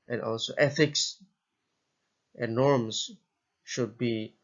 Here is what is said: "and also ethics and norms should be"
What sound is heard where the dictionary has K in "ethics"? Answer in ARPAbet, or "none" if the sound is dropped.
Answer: K